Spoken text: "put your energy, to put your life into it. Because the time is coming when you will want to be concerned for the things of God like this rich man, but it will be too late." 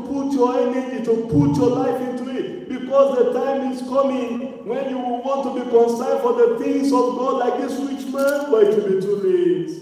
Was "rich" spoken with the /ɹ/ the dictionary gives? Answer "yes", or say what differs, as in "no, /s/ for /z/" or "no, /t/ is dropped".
no, /w/ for /ɹ/